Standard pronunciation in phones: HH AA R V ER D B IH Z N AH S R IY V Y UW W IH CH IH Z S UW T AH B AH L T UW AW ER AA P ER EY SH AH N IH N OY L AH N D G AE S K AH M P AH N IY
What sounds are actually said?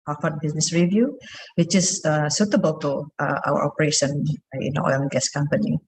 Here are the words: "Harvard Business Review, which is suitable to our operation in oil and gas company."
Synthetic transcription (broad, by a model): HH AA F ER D B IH S N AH S R IY V Y UW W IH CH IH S S UW T AH B AH L T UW AW ER AA P ER EY SH AH N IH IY N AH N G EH S K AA M P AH N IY